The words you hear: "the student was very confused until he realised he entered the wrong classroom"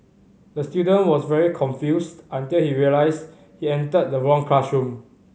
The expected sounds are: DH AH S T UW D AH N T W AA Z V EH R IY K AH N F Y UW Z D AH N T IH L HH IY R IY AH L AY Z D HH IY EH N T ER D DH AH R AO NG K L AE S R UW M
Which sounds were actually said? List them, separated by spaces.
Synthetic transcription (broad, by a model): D AH S T UW D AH N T W AA S V EH R IY K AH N F Y UW S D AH N T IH L HH IY R IY AH L AY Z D HH IY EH N T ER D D AH R AO NG K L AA SH R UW M